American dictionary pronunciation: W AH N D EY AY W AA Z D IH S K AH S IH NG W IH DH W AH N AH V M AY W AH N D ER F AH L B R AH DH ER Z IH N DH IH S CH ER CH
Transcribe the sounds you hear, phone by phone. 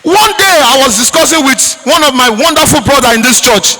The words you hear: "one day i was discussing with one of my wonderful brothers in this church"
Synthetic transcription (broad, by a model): W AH N D EY AY W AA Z D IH S K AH S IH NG W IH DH W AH N AH V M AY W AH N D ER F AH L B R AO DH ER IH N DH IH S CH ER CH